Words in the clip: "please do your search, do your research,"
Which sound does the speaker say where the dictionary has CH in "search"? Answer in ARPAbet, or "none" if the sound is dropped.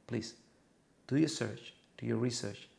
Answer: CH